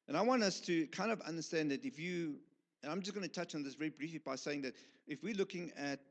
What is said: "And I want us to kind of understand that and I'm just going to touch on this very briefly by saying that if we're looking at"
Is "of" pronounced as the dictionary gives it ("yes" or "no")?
yes